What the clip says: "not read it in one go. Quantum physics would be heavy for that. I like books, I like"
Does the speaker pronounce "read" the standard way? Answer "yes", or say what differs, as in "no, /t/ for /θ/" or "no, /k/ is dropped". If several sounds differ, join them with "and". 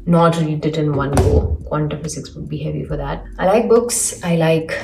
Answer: no, /l/ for /ɹ/